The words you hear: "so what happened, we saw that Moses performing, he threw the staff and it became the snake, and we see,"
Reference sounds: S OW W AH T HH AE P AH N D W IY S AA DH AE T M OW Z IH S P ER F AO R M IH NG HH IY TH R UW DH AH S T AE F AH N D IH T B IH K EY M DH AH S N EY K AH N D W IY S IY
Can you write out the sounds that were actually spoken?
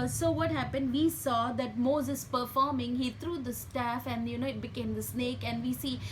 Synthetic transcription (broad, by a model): S OW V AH T HH AE P AH N D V IY S AA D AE T M OW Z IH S P ER F AO R M IH NG HH IY T R UW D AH S T AE F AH N D IH T B IH K EY M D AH S N EY K AH N D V IY S IY